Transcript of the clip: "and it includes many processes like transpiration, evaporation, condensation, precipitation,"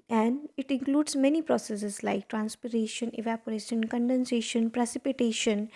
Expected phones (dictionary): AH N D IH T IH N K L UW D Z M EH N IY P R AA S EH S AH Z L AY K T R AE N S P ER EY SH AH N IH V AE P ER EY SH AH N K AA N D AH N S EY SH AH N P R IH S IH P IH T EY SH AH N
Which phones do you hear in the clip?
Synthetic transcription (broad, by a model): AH N D IH T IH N K L UW D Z M EH N IY P R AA S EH S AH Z L AY K T R AE N S P ER EY SH AH N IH V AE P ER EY SH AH N K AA N D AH N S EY SH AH N P R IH S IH P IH T EY SH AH N